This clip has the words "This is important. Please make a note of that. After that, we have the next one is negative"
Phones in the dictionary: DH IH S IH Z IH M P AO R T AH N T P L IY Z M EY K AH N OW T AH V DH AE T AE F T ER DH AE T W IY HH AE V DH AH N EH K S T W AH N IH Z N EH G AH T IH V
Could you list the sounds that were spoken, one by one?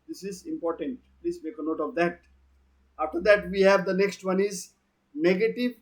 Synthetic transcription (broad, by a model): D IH S IH Z IH M P AO R T AH N T P L IY Z M EY K AH N OW T AH V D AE T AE F T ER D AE T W IY HH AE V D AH N EH K S T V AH N IH Z N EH G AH T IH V